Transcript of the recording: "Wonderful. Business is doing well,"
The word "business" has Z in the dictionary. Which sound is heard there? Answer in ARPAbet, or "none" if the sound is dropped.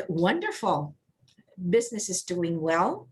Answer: Z